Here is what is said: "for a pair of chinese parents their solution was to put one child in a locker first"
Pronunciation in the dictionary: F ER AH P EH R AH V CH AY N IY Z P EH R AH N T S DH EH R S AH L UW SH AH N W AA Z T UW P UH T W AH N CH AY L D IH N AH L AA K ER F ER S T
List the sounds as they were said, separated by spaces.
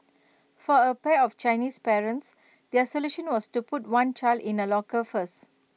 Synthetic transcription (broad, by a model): F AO AH P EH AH F CH AY N IY S P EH R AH N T S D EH S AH L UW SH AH N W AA S T UW P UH T W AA N CH AY L D IH N AH L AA K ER F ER S